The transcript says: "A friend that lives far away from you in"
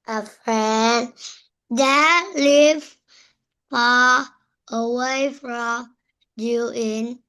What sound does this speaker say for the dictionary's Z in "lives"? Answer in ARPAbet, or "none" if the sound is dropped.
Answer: none